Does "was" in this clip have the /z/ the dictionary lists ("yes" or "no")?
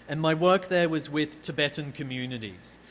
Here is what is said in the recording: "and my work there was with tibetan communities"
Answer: yes